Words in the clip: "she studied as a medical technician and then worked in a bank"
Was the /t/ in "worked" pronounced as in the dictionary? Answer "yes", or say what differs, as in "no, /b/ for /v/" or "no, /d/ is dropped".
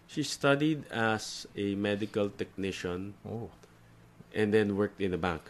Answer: yes